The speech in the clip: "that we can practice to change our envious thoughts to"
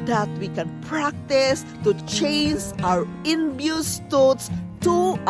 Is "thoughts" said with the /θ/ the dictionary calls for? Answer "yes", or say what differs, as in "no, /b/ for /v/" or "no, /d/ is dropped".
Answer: no, /t/ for /θ/